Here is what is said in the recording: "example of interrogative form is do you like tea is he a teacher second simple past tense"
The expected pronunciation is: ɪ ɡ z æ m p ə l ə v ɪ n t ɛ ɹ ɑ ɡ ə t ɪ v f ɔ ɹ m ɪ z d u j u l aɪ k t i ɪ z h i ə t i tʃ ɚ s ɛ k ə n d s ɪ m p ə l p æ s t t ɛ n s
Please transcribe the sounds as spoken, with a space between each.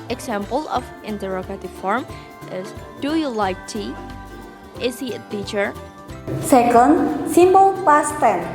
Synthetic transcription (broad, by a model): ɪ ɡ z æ m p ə l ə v ɪ n t ɛ ɹ ɑ ɡ ə t ɪ v f ɔ ɹ m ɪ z d u j u l aɪ k t i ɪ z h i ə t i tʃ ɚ s ɛ k ə n d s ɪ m b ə l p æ s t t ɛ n